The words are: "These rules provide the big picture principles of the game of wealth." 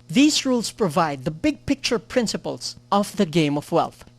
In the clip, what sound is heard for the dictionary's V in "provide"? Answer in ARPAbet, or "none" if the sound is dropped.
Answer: V